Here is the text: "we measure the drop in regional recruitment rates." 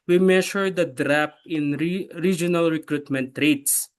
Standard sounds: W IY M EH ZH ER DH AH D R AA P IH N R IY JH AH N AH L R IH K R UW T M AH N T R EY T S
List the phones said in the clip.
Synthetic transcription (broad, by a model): W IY M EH SH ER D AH D R AA P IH N R IY JH AH N AH L R IH K R UW T M AH N T R EY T S